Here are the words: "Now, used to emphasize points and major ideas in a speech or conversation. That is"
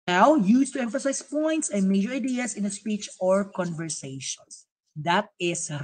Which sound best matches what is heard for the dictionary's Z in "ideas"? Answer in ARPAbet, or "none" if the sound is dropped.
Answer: S